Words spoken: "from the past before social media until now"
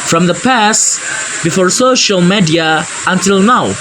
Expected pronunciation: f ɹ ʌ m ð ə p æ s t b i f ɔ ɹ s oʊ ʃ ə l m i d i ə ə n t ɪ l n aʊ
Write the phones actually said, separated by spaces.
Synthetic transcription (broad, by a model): f ɹ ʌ m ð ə p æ s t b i f ɔ ɹ s oʊ ʃ ə l m i d i ə ə n t ɪ l n aʊ